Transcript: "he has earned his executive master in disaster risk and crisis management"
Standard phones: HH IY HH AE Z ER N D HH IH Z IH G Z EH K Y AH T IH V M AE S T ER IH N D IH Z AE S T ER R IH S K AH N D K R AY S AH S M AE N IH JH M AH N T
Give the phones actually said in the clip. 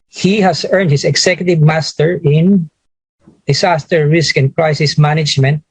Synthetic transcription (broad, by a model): HH IY HH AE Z ER N D HH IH S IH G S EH K Y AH T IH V M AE S T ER IH N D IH S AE S T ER R IH S K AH N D K R AY S AH S M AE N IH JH M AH N T